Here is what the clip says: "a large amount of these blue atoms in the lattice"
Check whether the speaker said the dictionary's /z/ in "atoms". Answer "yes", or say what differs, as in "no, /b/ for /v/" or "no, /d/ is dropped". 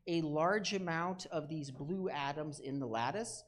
yes